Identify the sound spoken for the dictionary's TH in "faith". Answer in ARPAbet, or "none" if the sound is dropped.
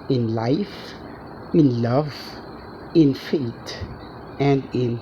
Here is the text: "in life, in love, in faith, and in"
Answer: T